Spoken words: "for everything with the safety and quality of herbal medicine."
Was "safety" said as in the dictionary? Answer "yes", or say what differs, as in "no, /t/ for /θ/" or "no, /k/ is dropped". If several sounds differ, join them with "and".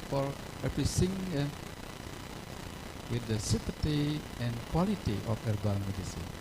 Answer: no, /p/ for /f/